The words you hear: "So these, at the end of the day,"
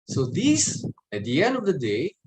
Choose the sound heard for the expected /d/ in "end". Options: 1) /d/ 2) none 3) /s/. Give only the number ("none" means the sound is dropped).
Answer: 1